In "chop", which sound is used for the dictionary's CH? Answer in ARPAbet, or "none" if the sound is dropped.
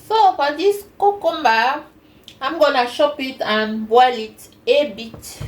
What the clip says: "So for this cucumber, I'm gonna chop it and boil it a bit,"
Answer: SH